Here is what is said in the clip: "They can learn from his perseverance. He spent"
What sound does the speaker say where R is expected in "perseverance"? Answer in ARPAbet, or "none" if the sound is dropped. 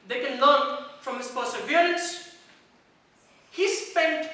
L